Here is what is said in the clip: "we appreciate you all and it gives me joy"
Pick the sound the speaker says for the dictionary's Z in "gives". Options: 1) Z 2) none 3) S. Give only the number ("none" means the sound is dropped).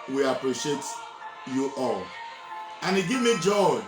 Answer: 2